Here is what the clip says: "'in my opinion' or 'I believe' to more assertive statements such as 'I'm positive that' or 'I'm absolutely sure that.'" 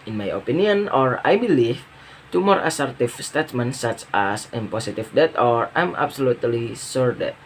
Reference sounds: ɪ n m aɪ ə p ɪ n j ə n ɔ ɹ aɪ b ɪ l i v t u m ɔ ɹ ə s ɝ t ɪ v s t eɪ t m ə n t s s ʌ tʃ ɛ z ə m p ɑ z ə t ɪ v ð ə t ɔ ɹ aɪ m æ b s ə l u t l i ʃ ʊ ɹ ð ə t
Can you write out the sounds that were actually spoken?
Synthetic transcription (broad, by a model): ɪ n m aɪ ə p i n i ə n ɔ ɹ aɪ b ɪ l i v t u m ɔ ɹ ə s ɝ t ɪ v s t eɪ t m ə n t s s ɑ tʃ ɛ s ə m p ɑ s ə t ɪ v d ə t ɔ ɹ aɪ m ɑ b s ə l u t l i s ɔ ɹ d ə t